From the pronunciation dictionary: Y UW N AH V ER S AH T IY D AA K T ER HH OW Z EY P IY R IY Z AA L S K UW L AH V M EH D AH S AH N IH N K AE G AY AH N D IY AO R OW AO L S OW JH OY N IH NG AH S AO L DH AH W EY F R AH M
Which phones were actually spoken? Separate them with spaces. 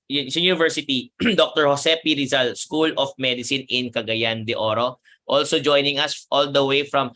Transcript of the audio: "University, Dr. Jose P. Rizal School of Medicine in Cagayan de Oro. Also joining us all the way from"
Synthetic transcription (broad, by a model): Y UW N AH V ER S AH T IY D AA K T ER HH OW S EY P IY R IY Z AA L S K UW L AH F M EH D AH S AH N IH N K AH G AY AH N D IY AO R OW AO L S OW JH OY N IH NG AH S AO L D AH W EY F R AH M